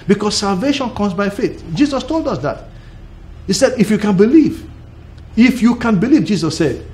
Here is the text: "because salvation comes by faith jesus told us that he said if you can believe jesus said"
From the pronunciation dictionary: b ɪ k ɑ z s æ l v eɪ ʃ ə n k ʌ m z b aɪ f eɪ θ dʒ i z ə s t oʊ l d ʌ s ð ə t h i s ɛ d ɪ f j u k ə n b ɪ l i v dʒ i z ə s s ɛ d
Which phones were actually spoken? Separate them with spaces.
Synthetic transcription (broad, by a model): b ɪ k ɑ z s æ l v eɪ ʃ ə n k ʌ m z b aɪ f eɪ θ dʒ i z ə s t oʊ l d ʌ s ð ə t h i s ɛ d ɪ f j u k ə n b ɪ l i v dʒ i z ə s s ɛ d